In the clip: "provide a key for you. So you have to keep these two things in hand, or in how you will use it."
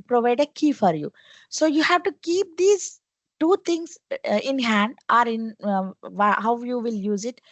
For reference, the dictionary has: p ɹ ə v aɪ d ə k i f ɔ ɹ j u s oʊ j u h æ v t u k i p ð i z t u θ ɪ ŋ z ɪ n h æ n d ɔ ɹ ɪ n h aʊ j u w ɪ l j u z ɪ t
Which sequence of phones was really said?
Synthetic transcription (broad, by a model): p ɹ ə v aɪ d ə k i f ɔ ɹ j u s oʊ j u h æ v t u k i p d i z t u t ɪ ŋ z ɪ n h æ n d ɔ ɹ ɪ n h aʊ j u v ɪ l j u z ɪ t